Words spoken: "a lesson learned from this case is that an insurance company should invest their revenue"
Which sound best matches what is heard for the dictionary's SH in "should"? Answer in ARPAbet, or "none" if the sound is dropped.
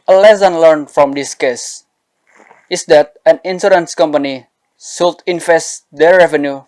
S